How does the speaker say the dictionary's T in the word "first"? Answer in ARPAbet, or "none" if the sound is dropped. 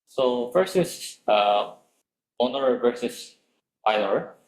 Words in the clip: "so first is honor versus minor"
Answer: none